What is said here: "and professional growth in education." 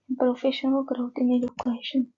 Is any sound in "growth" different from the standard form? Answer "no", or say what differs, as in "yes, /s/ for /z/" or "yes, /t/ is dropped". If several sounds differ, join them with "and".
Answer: yes, /t/ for /θ/